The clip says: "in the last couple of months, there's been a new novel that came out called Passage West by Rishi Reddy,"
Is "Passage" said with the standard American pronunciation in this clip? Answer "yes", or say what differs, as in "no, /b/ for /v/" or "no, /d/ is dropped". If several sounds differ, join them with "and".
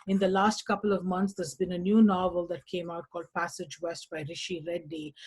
yes